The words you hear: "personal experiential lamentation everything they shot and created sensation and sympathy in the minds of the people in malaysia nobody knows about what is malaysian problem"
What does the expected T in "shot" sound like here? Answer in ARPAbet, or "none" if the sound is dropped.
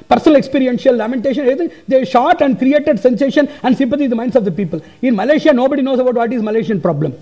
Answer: T